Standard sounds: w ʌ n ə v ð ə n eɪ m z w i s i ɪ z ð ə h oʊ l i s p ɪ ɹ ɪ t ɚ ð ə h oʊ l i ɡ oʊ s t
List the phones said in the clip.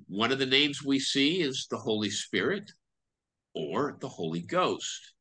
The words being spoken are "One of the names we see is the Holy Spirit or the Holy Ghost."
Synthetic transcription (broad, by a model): w ʌ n ə v ð ə n eɪ m z w i s i ɪ z ð ə h oʊ l i s p ɪ ɹ ɪ t ɚ ð ə h oʊ l i ɡ oʊ s t